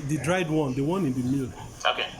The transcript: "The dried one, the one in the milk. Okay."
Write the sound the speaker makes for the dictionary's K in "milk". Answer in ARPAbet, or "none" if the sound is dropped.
none